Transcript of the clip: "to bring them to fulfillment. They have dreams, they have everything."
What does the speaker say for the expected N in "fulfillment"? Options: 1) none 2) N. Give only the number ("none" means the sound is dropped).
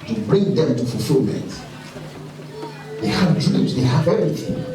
1